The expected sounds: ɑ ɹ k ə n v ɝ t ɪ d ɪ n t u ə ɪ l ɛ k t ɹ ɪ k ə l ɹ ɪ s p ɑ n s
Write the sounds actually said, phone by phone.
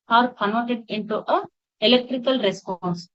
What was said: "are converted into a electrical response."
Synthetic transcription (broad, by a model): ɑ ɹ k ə n ɔ t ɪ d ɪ n t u ə ɪ l ɛ k t ɹ ɪ k ə l ɹ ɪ s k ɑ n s